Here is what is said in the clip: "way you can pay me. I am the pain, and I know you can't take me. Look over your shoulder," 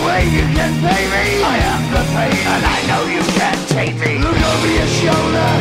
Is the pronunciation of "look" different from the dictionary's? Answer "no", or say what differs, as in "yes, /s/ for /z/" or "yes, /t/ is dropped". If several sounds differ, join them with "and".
no